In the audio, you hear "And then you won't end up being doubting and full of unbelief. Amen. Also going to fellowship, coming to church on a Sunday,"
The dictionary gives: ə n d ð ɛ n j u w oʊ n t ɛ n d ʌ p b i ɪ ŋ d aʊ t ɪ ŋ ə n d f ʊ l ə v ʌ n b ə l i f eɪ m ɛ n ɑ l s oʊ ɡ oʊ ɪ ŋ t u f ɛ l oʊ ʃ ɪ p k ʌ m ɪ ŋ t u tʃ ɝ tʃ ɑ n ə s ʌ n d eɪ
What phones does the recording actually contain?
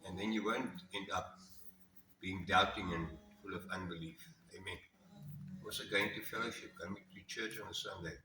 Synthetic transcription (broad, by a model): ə n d ð ɛ n j u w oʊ n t ɛ n d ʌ p b i ɪ ŋ d aʊ t ɪ ŋ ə n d f ʊ l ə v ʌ n b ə l i f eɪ m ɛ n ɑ s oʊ ɡ oʊ ɪ ŋ t u f ɛ l oʊ ʃ ɪ p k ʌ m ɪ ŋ t u tʃ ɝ tʃ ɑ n ə s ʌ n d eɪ